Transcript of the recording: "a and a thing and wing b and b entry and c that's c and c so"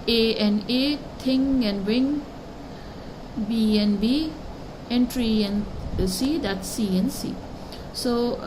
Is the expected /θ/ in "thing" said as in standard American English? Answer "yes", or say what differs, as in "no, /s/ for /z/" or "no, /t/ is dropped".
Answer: no, /t/ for /θ/